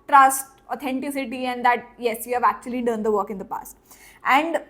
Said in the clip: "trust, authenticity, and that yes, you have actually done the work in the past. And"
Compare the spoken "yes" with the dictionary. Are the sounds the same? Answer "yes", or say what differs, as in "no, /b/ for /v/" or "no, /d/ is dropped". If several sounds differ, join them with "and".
yes